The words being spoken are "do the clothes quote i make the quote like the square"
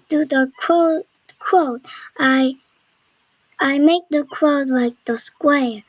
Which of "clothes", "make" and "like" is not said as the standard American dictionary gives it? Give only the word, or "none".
clothes